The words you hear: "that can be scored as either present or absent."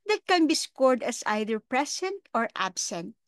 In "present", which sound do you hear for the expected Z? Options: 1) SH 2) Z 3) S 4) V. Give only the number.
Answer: 3